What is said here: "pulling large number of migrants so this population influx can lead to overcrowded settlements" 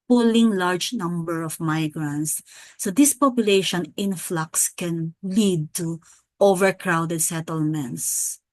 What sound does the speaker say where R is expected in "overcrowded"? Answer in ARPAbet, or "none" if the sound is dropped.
R